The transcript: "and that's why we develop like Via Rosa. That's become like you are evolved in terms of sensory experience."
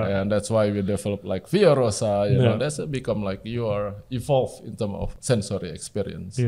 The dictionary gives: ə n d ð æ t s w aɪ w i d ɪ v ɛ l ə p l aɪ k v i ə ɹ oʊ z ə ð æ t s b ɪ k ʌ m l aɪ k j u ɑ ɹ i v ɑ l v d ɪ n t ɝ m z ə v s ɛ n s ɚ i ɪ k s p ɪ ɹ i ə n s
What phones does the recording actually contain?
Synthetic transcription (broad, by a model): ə n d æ t s w aɪ w i d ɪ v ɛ l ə p l aɪ k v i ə ɹ oʊ s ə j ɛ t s b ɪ k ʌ m l aɪ k j u ɑ ɹ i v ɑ l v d ɪ n t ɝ m ə f s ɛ n s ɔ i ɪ k s p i ɹ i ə n s